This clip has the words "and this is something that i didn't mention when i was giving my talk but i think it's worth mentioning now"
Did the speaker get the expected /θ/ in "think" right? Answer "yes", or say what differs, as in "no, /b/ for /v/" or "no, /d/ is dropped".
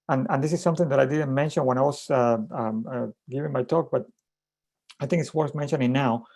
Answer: yes